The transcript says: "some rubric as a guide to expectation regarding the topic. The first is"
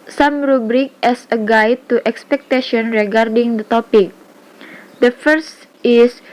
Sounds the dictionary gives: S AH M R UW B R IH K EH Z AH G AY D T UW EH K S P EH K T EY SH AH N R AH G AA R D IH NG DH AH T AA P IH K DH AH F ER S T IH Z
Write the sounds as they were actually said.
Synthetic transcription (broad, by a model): S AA M R UW B R IH K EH S AH G AY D T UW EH K S P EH K T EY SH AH N R AH G AA R D IH NG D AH T AA P IH K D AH F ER S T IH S